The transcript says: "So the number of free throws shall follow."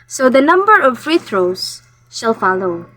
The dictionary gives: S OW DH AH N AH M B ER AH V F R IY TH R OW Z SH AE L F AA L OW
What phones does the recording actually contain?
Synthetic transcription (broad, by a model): S OW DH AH N AH M B ER AH V F R IY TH R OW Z SH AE L F AA L OW